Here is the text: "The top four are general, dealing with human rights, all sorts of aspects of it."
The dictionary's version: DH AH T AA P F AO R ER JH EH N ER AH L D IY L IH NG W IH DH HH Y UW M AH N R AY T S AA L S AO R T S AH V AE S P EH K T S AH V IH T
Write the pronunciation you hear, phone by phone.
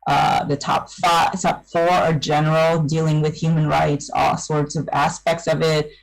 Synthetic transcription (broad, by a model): DH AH T AA P F AO R ER JH EH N ER L D IY L IH NG W IH DH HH Y UW M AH N R AY T S AA L S AO R T S AH V AE S P EH K T S AH V IH T